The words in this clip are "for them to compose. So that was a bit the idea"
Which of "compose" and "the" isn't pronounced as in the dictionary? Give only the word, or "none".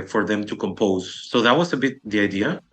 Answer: none